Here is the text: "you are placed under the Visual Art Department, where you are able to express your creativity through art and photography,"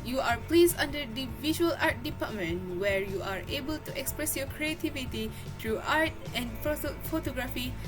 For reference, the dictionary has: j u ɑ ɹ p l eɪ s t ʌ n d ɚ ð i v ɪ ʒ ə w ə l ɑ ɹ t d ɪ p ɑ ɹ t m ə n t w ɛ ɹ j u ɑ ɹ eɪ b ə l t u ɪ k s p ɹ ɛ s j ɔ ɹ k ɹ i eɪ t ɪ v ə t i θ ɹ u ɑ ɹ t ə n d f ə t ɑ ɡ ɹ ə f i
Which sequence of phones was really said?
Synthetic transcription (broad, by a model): j u ɑ ɹ p l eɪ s ɑ n d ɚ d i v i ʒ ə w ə l ɑ ɹ t d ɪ p ɑ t m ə n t w ɛ ɹ j u ɑ ɹ eɪ b ə l t u ɪ k s p ɹ ɛ s j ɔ k ɹ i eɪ t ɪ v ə t i t ɹ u ɑ ɹ t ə n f f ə t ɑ ɡ ɹ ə f i